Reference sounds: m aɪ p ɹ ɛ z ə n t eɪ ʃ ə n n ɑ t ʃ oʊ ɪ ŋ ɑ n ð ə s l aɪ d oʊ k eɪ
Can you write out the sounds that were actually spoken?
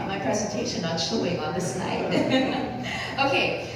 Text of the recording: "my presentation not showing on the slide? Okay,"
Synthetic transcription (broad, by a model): m aɪ p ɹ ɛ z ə n t eɪ ʃ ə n n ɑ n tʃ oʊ ɪ ŋ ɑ n ð ə s n aɪ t oʊ k eɪ